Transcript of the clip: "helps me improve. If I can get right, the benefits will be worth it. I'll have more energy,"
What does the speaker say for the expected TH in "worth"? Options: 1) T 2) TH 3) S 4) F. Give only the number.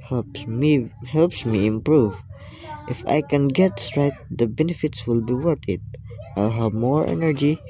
1